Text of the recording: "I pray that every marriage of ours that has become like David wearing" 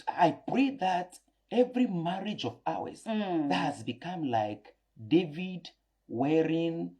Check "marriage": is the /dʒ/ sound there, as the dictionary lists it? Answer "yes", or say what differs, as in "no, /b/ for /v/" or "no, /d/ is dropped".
yes